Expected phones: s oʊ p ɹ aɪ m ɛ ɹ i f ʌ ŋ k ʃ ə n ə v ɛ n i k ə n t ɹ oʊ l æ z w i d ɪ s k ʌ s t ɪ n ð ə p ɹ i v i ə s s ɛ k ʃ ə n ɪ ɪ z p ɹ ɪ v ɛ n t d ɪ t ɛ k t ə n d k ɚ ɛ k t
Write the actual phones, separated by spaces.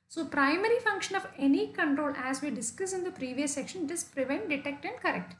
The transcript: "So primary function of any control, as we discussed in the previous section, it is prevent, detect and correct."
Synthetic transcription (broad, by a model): s oʊ p ɹ aɪ m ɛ ɹ i f ʌ ŋ k ʃ ə n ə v ɛ n i k ə n t ɹ oʊ l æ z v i d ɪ s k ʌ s ɪ n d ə p ɹ i v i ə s s ɛ k ʃ ə n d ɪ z p ɹ ɪ v ɛ n t d ɪ t ɛ k t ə n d k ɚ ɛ k t